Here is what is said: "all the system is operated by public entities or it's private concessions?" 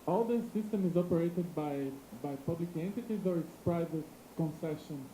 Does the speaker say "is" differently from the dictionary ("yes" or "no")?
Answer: no